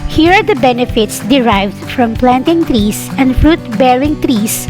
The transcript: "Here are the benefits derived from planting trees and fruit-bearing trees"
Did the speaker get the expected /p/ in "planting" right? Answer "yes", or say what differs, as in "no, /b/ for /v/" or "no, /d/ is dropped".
yes